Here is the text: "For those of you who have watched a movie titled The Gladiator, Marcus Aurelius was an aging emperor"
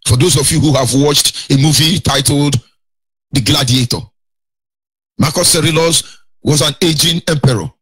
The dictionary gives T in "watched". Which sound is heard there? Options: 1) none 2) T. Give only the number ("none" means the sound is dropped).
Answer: 2